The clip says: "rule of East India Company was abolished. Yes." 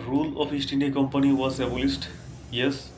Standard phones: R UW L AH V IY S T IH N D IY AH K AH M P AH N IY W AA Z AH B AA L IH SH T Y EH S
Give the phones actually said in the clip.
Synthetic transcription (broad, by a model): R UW L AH P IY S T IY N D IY K AH M P AH N IY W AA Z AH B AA L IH S T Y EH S